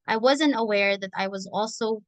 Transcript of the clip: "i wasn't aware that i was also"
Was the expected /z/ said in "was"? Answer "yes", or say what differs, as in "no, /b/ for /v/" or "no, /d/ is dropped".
yes